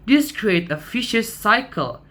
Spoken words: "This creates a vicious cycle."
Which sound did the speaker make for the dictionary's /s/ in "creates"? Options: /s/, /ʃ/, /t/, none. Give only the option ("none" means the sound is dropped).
none